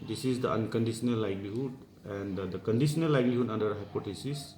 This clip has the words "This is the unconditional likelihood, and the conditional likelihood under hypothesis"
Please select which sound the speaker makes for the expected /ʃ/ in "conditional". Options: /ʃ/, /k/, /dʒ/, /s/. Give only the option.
/s/